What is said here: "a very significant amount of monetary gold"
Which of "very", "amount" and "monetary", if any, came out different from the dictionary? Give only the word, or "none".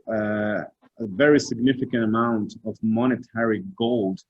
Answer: none